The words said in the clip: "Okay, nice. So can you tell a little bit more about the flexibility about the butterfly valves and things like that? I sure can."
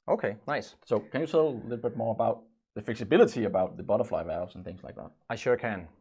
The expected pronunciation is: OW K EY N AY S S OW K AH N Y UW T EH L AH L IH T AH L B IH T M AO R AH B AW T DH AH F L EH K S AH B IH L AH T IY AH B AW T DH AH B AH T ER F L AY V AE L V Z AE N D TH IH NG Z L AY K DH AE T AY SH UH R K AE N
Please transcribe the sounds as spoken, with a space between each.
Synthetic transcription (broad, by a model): OW K EY N AY S S OW K AH N Y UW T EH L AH L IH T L B IH T M AO R AH B AW T DH AH F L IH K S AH B IH L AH T IY AH B AW T DH AH B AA T ER F L AY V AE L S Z N TH IH NG Z L AY K DH AE T AY SH UH R K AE N